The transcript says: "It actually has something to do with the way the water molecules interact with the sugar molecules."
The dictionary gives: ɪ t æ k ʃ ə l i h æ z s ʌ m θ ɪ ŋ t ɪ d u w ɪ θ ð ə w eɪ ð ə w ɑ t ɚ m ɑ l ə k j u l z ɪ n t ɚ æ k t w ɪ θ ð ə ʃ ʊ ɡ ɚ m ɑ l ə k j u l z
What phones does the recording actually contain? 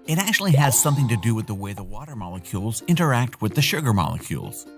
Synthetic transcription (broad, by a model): ɪ t æ k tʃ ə l i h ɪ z s ʌ m θ ɪ ŋ t ɪ d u w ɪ ð ə w eɪ ð ə w ɑ t ɚ m ɑ l ə k j u l z ɪ n t ɚ æ k t w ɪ ð ə ʃ ʊ ɡ ɚ m ɑ l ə k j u l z